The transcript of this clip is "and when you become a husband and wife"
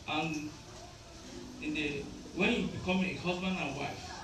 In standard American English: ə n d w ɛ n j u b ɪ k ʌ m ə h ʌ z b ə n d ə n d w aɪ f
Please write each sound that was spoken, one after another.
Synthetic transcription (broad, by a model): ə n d w ɛ n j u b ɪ k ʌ m ə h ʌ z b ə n ə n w aɪ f